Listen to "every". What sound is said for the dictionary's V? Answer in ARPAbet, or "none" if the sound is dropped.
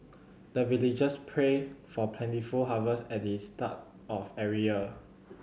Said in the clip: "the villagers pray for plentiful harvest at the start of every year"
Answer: none